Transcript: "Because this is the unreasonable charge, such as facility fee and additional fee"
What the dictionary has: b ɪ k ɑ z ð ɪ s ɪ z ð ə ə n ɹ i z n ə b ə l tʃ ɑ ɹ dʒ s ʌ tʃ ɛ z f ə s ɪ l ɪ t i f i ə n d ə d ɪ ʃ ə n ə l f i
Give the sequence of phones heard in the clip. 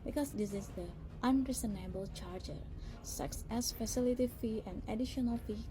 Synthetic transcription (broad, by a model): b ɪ k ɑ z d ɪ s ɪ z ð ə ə n ɹ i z n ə b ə l tʃ ɑ ɹ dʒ s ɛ s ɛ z f ə s ɪ l ɪ t i f i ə n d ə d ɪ ʃ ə n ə l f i